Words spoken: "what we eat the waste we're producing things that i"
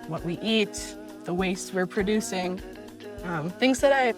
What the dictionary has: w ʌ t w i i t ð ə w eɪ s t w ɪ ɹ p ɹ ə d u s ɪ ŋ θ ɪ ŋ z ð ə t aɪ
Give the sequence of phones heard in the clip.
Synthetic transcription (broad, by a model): w ʌ t w i i t ð ə w eɪ s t w ɪ ɹ p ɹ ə d u s ɪ ŋ θ ɪ ŋ z ð ə t aɪ